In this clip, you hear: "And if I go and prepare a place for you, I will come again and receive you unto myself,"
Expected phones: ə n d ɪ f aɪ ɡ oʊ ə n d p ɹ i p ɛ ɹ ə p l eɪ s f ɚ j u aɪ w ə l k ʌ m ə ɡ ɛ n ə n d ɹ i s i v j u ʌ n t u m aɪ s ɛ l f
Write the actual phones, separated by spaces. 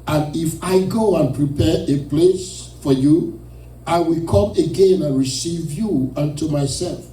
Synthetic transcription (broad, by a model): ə n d ɪ f aɪ ɡ oʊ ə n p ɹ i p ɛ ɹ ə p l eɪ s f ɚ j u aɪ w ə l k ʌ m ə ɡ ɛ n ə n ɹ i s i v j u ʌ n t u m aɪ s ɛ l f